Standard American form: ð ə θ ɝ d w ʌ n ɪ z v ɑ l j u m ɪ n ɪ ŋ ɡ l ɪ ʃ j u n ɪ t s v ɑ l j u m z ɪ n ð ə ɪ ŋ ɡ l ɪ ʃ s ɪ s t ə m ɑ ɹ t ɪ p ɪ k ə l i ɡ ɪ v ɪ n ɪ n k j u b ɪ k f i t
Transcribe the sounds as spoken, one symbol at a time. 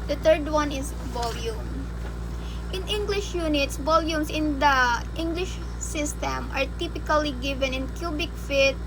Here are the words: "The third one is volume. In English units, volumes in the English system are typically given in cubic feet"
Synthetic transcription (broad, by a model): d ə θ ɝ d w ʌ n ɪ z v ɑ l j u m ɪ n ɪ ŋ ɡ l ɪ ʃ j u n ɪ t s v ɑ l j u m s ɪ n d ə ɪ ŋ ɡ l ɪ ʃ s ɪ s t ə m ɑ ɹ t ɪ p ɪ k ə l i ɡ ɪ v ɪ n ɪ n k j u b ɪ k f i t